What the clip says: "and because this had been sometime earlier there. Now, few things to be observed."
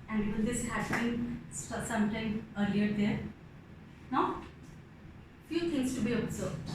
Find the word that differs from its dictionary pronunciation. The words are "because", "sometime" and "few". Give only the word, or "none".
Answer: because